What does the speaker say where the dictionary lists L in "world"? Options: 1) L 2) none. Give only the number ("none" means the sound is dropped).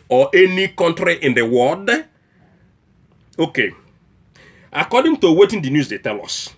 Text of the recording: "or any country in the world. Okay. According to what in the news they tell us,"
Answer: 2